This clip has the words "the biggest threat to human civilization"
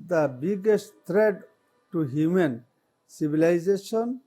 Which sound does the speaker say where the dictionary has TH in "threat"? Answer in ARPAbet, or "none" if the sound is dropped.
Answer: T